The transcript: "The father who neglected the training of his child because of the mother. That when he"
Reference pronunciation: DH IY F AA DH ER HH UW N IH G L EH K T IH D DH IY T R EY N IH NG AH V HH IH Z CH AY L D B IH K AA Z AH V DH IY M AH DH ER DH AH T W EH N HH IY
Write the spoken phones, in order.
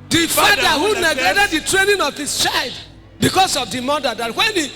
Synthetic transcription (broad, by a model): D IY F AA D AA HH UW N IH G EH T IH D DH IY T R EY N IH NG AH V HH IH S CH AY L D B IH K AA S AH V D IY M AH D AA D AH T W EH N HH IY